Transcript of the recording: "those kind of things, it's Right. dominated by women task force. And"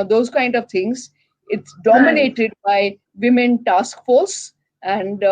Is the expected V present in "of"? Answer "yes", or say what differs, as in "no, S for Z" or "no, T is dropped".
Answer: yes